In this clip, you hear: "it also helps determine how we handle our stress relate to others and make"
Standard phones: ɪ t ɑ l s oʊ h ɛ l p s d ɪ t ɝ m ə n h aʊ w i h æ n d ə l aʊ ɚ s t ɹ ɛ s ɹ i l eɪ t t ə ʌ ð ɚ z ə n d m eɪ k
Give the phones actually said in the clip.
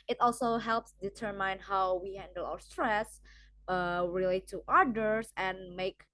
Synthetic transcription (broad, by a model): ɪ t ɑ l s oʊ h ɛ l p s d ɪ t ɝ m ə n h aʊ w i h æ n d ə l aʊ ɚ s t ɹ ɛ s ɹ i l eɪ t t ə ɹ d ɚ s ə n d m eɪ k